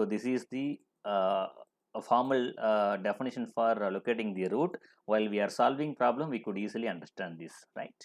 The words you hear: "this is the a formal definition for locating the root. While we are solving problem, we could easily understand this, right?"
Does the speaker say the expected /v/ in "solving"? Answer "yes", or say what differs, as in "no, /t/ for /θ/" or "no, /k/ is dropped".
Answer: yes